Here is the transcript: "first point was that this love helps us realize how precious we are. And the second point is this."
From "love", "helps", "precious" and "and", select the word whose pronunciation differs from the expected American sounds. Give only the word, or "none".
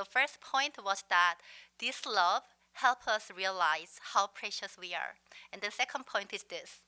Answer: helps